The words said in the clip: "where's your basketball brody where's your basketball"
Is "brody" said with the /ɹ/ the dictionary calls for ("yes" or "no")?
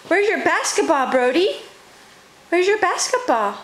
yes